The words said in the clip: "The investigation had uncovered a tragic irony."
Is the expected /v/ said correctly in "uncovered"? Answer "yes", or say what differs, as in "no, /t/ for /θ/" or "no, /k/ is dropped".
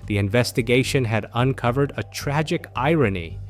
yes